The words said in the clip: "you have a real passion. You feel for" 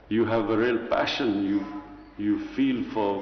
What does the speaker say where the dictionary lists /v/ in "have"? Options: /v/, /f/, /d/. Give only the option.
/v/